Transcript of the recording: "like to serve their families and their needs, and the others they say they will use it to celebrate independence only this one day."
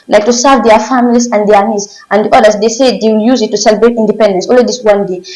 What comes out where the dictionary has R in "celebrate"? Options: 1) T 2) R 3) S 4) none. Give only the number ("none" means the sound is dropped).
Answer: 2